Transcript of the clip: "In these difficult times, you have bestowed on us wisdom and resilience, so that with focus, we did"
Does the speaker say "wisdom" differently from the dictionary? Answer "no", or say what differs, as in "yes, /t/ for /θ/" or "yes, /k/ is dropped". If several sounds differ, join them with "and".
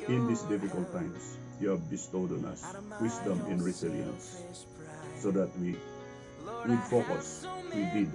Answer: yes, /s/ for /z/